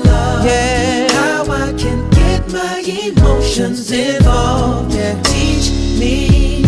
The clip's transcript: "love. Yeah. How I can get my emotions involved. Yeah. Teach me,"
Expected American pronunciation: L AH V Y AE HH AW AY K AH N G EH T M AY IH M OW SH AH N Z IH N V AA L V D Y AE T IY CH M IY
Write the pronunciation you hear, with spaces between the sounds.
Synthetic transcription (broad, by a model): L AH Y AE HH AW AY K AH N G EH T M AY IH M OW SH AH N Z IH V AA L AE T IY CH M IY